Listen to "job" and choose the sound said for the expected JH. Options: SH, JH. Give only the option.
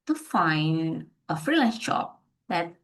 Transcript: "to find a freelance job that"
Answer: SH